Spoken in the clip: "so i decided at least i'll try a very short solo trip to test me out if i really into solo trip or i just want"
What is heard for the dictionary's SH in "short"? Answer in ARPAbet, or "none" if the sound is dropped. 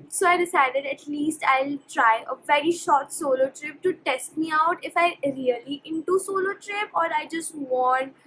SH